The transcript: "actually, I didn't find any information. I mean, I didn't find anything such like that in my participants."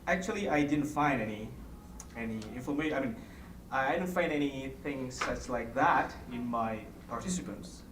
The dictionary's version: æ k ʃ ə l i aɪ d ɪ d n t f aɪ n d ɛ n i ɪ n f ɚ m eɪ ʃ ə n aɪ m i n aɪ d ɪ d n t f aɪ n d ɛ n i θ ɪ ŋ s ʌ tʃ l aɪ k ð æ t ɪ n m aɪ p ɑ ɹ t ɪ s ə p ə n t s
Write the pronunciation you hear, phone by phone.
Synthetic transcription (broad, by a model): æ k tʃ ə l i aɪ d ɪ d n t f aɪ n d ɛ n i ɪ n f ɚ m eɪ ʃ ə ɪ m i n aɪ d ɪ d n t f aɪ n d ɛ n i θ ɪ ŋ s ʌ s l aɪ k ð æ t ɪ n m aɪ p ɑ ɹ t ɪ s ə p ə n t s